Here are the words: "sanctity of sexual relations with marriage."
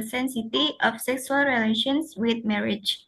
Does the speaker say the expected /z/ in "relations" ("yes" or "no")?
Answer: no